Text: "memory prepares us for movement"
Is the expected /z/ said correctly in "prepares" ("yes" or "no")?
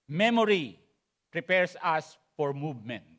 no